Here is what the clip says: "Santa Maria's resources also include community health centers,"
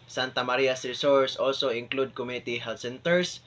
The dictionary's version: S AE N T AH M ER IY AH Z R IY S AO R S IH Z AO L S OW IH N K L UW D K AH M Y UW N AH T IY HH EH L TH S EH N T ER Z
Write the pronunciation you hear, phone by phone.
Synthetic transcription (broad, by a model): S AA N T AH M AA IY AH S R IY S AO R S AO L S OW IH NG K L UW D K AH M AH T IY HH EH L T S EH N T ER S